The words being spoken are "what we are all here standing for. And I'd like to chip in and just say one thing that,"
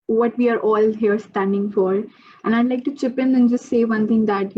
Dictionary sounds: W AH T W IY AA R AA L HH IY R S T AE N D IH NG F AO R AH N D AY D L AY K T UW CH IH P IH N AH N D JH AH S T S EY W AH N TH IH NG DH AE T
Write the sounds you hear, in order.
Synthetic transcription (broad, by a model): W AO T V IY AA R AA L HH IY R S T AE N D IH NG F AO R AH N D AY D L AY K T UW CH IH P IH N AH N JH AH S T S EY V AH N T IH NG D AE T